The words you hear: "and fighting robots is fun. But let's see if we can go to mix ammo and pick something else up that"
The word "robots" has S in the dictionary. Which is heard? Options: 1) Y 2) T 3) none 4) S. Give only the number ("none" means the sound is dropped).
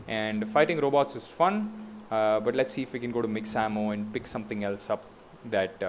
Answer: 4